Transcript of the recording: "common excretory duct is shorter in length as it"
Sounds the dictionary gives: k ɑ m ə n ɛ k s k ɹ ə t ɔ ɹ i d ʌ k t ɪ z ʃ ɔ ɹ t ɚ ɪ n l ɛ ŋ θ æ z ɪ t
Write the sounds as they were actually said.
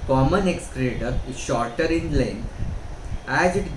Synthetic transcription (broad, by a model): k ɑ m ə n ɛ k s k ɹ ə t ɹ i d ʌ t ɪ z ʃ ɔ ɹ t ɚ ɪ n l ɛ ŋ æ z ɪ t